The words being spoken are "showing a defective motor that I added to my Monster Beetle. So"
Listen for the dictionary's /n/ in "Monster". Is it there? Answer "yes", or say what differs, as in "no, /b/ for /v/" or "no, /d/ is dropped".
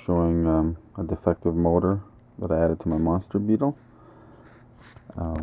yes